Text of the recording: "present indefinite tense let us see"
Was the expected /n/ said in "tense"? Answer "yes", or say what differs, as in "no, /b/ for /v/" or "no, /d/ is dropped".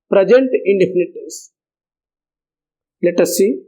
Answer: no, /n/ is dropped